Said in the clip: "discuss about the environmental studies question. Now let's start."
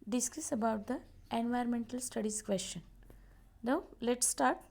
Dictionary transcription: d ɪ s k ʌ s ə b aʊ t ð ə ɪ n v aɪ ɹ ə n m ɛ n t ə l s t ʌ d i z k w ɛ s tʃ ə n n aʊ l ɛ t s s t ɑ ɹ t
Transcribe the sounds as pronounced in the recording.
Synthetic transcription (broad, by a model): d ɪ s k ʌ s ə b aʊ t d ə ɪ n v aɪ ɹ ə n m ɛ n t ə l s t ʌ d i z k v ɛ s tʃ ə n n aʊ l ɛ t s s t ɑ ɹ t